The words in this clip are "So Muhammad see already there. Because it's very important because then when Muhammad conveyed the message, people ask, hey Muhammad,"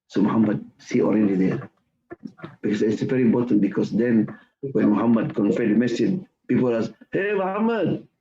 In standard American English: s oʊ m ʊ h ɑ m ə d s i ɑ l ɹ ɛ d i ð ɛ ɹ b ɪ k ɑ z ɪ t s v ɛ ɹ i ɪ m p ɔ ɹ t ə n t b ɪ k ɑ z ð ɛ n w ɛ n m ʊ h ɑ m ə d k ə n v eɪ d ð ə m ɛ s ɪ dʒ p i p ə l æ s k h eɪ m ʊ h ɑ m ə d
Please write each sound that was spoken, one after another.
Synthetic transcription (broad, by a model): s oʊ m ʊ h ɑ m ə d s i ɑ l ɹ ɛ d i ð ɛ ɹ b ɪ k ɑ s ɪ t s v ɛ ɹ i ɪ m p ɔ t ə n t b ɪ k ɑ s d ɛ n w ɛ n m ʊ h ɑ m ə d k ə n f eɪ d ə m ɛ s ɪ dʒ p i p ə l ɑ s h eɪ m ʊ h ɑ m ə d